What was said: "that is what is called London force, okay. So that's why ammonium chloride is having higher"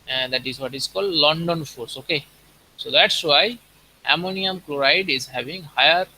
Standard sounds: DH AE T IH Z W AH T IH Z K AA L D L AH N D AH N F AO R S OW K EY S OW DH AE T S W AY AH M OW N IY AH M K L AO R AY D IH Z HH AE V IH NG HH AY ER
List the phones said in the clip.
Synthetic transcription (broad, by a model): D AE T IH Z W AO T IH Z K AA L D L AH N D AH N F AO R S OW K EY S OW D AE T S W AY AH M OW N IY AH M K L AO R AY D IH Z HH AE V IH NG HH AY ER